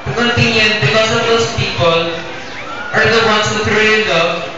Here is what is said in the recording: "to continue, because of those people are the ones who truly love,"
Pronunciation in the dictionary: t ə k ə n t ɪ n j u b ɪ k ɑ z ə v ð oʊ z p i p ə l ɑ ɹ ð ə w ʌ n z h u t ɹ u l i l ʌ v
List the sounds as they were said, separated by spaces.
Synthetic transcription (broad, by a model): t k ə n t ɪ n j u b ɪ k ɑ s ə v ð oʊ s p i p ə l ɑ ɹ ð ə w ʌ n s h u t ɹ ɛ i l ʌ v